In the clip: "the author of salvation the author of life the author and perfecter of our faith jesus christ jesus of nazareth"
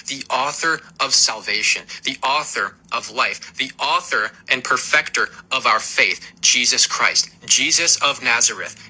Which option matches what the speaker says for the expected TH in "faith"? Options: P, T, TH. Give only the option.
TH